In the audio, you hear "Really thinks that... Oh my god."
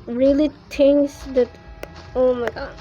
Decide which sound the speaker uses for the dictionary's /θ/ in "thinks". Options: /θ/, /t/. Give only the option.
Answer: /t/